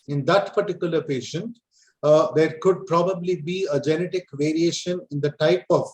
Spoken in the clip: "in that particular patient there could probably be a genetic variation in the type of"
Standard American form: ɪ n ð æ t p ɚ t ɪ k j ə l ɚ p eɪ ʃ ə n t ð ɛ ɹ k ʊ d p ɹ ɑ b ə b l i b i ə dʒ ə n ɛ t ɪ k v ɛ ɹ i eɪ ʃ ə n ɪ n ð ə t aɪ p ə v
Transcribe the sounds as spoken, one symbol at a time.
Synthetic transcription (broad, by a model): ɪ n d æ t p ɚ t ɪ k j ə l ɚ p eɪ ʃ ə n t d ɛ ɹ k ʊ d p ɹ ɑ b ə b l i b i ə dʒ ə n ɛ t ɪ k v ɛ ɹ i eɪ ʃ ə n ɪ n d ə t aɪ p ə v